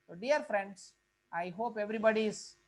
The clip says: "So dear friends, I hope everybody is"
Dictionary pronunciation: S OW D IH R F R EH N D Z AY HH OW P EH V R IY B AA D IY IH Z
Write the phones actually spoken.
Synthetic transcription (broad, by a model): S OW D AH R F R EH N D S AY HH OW P EH V R IY B AA D IY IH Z